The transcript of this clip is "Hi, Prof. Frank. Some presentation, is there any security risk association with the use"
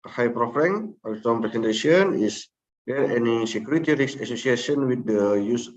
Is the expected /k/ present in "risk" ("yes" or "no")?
no